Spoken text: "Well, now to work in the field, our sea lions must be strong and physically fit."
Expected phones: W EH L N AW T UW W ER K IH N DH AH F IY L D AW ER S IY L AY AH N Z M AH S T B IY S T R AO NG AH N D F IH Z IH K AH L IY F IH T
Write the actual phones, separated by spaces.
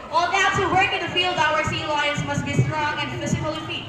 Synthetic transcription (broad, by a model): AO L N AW T UW W ER K IH N DH AH F IY L D AW ER S IY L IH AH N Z M AH S T B IY S T R AO NG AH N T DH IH S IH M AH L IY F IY